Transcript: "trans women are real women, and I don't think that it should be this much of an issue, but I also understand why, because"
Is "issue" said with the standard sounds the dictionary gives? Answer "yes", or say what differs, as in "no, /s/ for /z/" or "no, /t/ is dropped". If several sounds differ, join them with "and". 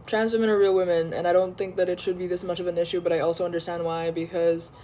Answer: yes